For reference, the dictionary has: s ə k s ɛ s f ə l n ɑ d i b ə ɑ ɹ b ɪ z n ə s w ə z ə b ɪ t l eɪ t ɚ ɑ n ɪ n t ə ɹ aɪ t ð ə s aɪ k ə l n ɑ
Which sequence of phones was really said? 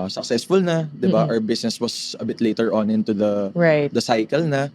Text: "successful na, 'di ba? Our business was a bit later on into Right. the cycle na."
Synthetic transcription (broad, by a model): s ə k s ɛ s f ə l n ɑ d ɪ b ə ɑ w b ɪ s n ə s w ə s ə b ɪ t l eɪ t ɚ ɑ n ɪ n t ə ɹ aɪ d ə s aɪ k ə l n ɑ